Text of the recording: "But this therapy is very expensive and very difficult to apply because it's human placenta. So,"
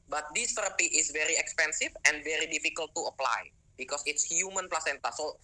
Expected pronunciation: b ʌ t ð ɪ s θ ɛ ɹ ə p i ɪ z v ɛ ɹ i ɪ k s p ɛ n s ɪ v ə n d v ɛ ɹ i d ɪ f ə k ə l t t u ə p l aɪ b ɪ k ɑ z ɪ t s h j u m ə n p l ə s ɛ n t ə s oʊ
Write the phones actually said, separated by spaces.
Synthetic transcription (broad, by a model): b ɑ t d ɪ s t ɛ ɹ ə p i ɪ s v ɛ ɹ i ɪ k s p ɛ n s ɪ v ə n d v ɛ ɹ i d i f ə k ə l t t u ə p l aɪ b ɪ k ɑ s ɪ t s h j u m ə n p l ə s ɛ n t ə s oʊ